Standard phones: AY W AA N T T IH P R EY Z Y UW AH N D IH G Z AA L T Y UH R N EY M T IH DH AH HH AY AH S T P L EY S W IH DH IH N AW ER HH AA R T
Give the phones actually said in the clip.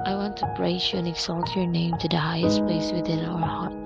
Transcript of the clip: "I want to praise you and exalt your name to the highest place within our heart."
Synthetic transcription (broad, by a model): AY W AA N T T IH B R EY S Y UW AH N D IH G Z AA L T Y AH R N EY M T IH DH AH HH AY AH S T P L EY S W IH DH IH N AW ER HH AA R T